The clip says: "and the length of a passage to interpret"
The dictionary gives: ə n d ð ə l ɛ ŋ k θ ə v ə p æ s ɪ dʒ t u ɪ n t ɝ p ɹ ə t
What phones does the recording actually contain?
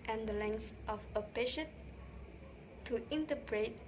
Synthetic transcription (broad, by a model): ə n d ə l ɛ ŋ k s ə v ə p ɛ ʃ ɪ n t u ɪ n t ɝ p ɹ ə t